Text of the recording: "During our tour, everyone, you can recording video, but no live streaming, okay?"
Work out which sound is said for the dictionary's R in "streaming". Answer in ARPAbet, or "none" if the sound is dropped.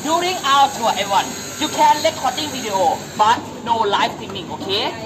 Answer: none